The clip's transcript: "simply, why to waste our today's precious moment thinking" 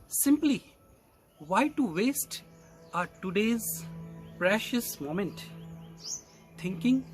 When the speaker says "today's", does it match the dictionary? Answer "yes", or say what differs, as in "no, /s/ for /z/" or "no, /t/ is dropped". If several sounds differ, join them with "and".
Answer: yes